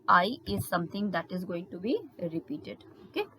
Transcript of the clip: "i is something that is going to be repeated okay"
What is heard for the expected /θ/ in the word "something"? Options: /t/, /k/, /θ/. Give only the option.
/t/